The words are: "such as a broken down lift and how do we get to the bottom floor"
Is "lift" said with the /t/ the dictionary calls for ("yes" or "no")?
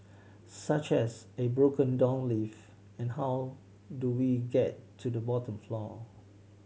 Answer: no